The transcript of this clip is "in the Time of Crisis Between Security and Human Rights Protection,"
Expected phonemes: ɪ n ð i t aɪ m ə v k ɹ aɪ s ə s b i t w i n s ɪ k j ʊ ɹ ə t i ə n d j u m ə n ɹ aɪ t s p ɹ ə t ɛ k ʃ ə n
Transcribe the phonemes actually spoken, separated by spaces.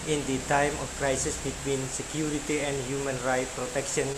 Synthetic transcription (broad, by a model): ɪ n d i t aɪ m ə f k ɹ aɪ s ə s b i t w i n s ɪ k j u ɹ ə t i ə n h j u m ə n ɹ aɪ t p ɹ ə t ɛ k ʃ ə n